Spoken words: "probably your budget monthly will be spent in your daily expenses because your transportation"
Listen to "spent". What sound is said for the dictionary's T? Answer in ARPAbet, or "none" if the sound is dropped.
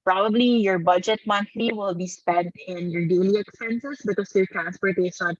T